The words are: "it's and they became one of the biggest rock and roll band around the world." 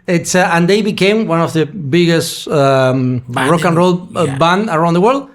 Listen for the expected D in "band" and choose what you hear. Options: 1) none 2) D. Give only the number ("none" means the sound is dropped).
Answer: 1